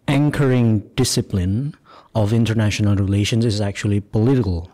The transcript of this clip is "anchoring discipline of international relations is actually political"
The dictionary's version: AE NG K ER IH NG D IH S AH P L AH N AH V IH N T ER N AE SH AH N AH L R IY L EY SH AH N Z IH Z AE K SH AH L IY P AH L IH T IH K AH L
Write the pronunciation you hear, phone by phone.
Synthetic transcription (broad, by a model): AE NG K ER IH NG D IH S AH P L AH N AH V IH N T ER N AE SH AH N AH L R IY L EY SH AH N Z IH Z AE K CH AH L IY P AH L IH T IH K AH L